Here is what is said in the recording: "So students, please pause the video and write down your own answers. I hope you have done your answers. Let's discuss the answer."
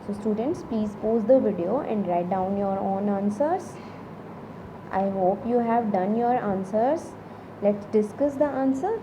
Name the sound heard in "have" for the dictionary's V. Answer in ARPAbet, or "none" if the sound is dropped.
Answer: V